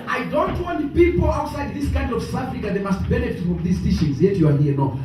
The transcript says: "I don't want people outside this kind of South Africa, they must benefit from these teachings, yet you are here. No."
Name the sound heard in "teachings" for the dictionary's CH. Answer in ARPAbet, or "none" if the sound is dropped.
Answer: SH